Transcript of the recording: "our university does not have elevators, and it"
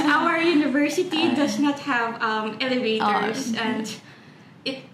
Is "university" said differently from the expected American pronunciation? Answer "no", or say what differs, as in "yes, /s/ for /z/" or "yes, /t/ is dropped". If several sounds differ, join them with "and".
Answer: no